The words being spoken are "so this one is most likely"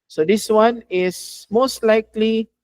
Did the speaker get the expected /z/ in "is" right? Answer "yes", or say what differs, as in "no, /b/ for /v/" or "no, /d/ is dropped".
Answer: no, /s/ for /z/